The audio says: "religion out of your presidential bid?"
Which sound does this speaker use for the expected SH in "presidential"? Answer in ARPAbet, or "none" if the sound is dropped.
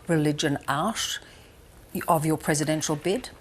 SH